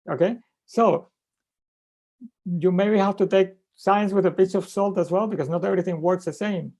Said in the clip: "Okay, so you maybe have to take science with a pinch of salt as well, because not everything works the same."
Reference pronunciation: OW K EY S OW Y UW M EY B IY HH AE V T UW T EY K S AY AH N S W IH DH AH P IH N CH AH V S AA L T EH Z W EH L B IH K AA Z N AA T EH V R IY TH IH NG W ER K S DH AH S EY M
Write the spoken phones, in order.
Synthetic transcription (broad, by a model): OW K EY S OW Y UW M EY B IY HH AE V T UW T EY K S AY AH N S W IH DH AH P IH CH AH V S AA L T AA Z W EH L B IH K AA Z N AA T EH V R IY TH IH NG W ER K S DH AH S EY M